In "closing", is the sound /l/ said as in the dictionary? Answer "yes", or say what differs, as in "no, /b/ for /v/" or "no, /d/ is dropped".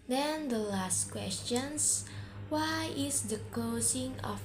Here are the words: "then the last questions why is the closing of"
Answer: no, /l/ is dropped